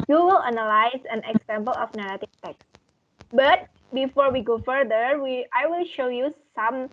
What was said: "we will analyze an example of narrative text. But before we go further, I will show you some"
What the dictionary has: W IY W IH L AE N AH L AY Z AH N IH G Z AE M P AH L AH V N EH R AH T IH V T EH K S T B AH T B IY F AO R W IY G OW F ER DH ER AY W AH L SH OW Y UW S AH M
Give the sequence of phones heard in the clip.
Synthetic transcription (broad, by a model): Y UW W IH L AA N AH L AY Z AH N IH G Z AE M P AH L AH F N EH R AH T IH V T EH K S T B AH T B IY F AO R W IY G OW F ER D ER AY W AH L SH OW Y UW S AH M